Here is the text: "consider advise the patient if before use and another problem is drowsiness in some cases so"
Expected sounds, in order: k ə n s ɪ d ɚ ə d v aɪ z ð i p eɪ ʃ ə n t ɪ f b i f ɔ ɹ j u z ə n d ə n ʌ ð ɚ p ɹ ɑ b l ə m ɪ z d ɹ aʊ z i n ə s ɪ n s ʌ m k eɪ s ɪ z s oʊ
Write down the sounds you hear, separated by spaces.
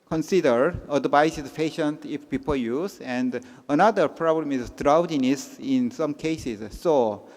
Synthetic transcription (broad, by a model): k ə n s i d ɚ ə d b aɪ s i p eɪ ʃ ə n t ɪ f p i p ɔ l j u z ə n d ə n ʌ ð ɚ p ɹ ɑ b l ə m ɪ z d ɹ aʊ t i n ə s ɪ n s ʌ m k eɪ s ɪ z s oʊ